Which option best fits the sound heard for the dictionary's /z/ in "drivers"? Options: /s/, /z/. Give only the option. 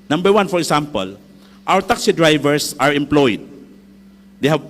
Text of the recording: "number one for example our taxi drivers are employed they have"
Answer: /s/